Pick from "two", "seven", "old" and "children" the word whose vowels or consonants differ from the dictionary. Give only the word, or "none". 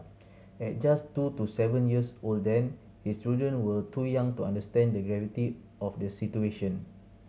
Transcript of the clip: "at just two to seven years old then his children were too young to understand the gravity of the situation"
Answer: children